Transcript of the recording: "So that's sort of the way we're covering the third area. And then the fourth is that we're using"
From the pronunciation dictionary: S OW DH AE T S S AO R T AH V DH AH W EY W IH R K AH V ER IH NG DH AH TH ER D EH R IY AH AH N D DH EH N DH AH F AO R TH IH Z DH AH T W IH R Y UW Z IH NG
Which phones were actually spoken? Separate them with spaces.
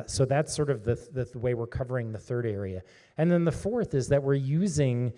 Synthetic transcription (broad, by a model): S OW DH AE T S S AO R T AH V DH AH W EY W IH R K AH V ER IH NG DH AH TH ER D EH R IY AH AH N DH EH N DH AH F AO R TH IH Z DH AH T W IH R Y UW Z IH NG